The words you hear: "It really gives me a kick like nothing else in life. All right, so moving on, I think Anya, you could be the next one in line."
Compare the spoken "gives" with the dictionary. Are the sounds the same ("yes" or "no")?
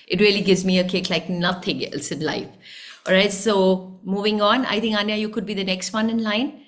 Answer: yes